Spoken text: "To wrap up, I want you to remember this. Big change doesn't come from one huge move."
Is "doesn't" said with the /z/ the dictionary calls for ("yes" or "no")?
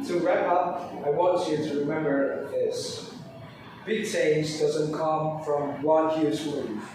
yes